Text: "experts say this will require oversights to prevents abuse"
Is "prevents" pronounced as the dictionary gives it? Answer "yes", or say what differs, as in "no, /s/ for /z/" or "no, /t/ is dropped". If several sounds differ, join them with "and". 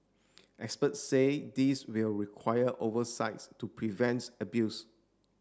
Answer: no, /s/ is dropped